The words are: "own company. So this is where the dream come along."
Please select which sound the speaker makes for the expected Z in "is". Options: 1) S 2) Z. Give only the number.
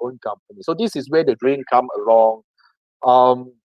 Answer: 1